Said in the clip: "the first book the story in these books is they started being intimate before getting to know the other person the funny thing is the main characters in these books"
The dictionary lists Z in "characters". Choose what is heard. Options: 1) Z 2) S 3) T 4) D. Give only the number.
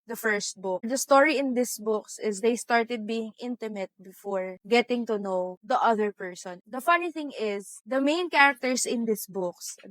2